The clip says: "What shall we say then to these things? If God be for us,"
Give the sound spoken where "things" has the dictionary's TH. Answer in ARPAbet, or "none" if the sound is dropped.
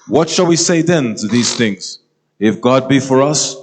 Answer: TH